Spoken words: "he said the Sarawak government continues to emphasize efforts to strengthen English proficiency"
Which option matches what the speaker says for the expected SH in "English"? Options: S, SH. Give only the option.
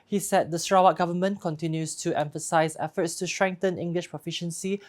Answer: SH